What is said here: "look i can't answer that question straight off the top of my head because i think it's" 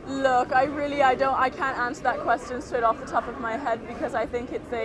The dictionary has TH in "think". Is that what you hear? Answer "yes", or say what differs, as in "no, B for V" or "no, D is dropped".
yes